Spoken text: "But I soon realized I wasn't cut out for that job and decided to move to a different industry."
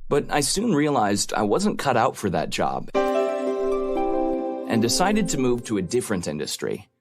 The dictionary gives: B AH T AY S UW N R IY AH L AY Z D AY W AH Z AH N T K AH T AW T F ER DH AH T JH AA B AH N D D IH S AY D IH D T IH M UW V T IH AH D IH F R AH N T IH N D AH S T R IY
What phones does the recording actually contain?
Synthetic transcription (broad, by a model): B AH T AY S UW N R IY AH L AY Z D AY W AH Z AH N K AH T AW T F ER DH AH T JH AA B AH N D D IH S AY D IH D T IH M UW V T IH AH D IH F R AH N T IH N D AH S T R IY